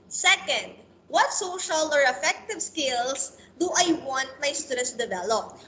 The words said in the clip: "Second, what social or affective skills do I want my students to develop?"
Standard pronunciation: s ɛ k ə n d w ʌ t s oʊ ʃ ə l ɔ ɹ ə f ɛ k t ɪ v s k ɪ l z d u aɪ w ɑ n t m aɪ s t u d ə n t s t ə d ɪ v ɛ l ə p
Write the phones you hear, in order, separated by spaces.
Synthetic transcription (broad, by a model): s ɛ k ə n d w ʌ t s oʊ ʃ ə l ɔ ɹ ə f ɛ k t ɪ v s k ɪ l s d u aɪ w ɑ n t m aɪ s t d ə s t d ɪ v ɛ l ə p